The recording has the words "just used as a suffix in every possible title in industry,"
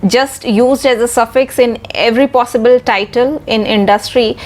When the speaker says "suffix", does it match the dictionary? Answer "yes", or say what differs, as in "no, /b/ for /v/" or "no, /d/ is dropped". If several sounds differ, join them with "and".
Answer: yes